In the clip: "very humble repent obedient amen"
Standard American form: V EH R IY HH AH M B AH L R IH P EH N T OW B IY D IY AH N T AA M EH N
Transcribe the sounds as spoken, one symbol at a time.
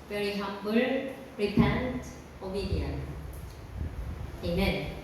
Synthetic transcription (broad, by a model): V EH R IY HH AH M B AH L R IH P EH N T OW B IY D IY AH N AA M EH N